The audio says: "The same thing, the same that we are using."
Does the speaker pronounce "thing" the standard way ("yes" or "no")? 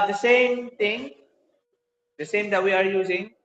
no